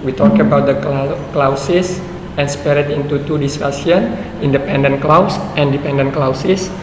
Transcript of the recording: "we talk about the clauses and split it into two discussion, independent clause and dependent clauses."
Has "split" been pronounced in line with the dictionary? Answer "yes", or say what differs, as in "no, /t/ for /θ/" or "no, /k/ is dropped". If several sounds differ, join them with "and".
no, /l/ is dropped